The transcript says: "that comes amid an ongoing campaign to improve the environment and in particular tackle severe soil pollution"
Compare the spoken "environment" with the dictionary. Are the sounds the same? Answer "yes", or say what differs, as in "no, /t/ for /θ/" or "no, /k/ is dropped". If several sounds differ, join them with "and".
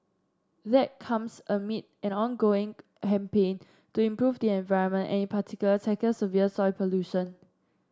yes